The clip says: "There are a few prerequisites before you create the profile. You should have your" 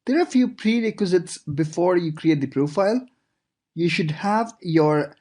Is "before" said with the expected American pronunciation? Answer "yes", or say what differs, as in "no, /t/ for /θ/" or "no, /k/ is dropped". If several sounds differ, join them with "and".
yes